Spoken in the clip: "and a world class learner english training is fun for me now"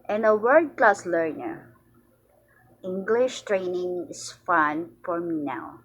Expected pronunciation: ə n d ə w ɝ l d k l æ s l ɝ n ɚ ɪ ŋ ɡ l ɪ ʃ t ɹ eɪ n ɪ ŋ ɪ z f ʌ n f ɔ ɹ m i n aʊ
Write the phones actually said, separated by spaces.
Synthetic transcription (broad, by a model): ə n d ə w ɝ d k l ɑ s l ɝ n ɚ ɪ ŋ ɡ l ɪ ʃ t ɹ eɪ n ɪ ŋ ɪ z f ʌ n f ɔ ɹ m i n aʊ